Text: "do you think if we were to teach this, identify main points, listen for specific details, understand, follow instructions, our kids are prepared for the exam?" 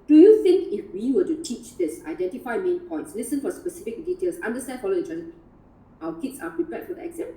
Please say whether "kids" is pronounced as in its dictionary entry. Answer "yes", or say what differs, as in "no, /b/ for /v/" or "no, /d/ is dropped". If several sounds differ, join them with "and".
no, /s/ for /z/